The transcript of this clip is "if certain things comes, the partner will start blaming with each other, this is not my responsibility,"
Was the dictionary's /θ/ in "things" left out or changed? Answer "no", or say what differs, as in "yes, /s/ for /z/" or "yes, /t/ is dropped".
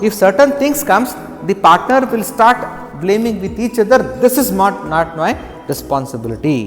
yes, /t/ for /θ/